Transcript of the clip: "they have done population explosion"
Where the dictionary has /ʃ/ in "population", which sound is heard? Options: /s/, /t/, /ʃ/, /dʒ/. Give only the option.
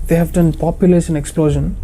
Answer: /s/